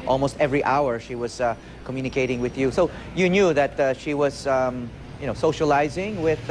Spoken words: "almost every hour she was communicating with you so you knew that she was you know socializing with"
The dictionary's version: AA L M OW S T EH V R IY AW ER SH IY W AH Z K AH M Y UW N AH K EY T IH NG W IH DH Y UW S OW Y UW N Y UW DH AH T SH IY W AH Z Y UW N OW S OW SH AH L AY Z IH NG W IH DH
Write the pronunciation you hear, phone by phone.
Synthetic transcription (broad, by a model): AA L M OW S T EH V R IY AW ER SH IY W AH Z K AH M Y UW N AH K EY T IH NG W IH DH Y UW S OW Y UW N Y UW DH AH T SH IY W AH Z Y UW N OW S OW SH AH L AY Z IH NG W IH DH